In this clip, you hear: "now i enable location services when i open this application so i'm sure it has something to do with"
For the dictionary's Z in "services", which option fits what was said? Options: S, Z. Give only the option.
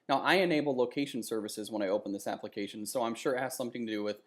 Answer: Z